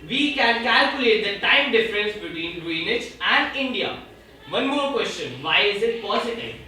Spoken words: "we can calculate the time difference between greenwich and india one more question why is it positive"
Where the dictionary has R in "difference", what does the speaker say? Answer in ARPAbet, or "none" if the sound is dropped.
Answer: R